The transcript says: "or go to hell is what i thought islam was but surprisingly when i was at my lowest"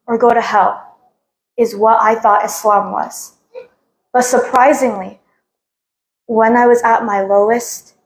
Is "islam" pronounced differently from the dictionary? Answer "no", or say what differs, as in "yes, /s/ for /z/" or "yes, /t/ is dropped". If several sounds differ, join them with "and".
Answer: no